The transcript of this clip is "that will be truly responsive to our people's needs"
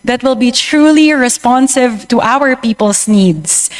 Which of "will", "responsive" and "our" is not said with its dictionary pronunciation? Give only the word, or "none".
none